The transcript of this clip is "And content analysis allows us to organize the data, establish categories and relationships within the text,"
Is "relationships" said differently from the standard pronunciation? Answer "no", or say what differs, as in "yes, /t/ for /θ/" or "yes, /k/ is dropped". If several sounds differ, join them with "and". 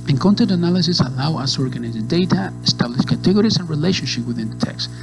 yes, /s/ is dropped